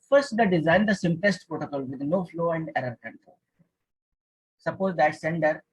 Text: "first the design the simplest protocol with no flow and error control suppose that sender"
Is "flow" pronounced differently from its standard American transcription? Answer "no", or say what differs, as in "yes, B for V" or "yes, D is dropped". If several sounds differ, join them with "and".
no